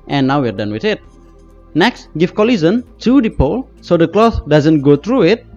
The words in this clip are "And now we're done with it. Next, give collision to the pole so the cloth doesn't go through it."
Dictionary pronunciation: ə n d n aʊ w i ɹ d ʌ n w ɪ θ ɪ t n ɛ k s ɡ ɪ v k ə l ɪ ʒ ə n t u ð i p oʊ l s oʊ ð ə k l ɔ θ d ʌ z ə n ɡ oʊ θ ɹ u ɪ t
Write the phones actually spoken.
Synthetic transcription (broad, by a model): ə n n aʊ w i ɹ d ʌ n w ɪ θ ɪ t n ɛ k s ɡ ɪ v k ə l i z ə n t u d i p oʊ l s oʊ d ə k l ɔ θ d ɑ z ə n ɡ oʊ t ɹ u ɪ t